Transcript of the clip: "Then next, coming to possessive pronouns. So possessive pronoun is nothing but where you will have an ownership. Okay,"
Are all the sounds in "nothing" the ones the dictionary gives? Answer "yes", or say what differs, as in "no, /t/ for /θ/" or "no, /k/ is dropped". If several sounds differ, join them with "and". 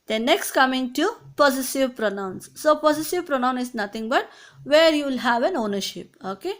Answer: no, /t/ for /θ/